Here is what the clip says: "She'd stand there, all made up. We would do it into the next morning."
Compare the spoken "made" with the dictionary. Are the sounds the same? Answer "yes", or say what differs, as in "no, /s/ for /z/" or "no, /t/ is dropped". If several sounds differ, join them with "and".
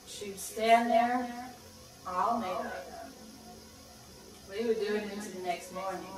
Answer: no, /d/ is dropped